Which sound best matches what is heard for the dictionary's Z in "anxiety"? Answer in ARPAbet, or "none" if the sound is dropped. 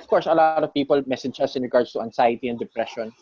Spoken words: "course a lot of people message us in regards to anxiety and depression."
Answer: S